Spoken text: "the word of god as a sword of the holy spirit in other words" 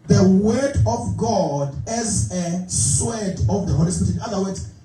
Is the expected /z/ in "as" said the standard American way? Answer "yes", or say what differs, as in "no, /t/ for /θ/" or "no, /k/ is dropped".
yes